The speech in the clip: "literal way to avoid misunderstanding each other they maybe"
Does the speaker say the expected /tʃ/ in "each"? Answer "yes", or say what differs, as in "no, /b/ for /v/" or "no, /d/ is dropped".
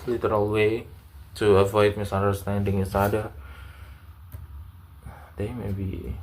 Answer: no, /s/ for /tʃ/